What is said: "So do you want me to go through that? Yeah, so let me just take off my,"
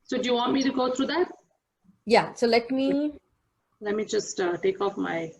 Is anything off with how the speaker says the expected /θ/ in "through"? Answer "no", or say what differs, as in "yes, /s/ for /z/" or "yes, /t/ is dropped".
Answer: yes, /t/ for /θ/